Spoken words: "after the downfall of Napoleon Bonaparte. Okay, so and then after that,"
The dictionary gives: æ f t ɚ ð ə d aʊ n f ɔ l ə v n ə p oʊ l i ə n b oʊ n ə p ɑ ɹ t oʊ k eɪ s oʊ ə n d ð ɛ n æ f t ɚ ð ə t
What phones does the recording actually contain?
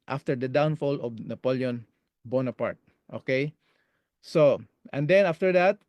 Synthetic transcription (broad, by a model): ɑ f t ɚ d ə d aʊ n f ɔ l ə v n ə p oʊ l i ə n b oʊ n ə p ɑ ɹ t oʊ k eɪ s oʊ ə n d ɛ n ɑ f t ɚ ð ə t